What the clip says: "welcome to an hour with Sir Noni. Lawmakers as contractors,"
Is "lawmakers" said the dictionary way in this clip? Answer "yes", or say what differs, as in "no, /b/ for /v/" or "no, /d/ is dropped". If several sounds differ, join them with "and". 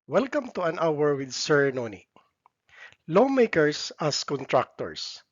no, /s/ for /z/